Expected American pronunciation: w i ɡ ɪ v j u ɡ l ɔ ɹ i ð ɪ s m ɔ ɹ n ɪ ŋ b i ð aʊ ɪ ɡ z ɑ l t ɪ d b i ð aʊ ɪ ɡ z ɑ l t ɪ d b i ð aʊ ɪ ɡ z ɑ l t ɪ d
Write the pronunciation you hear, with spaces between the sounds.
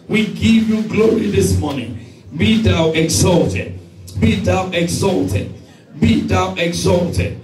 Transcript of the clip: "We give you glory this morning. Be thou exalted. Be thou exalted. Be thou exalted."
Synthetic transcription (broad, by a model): w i ɡ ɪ v j u ɡ l ɔ ɹ i ð ɪ s m ɔ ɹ n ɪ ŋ b i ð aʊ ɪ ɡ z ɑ l t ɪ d b i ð aʊ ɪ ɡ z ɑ l t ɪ d b i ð aʊ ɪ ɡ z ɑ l t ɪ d